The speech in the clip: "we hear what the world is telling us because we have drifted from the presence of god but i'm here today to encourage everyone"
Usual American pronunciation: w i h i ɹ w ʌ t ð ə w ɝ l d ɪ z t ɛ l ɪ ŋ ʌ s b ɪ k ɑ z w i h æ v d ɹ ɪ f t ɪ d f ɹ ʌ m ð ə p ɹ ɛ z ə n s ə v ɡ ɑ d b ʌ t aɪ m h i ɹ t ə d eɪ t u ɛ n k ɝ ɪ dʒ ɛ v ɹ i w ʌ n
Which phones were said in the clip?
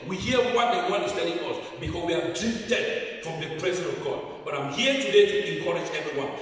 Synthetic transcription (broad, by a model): w i h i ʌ w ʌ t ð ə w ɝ n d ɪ s t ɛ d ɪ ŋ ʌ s b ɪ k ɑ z w i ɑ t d ɹ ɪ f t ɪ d f ɹ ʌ m ð ə p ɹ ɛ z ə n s ə v ɡ ɑ d b ʌ t aɪ m h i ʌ t ə d eɪ t u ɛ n k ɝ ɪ dʒ ɛ v ɹ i w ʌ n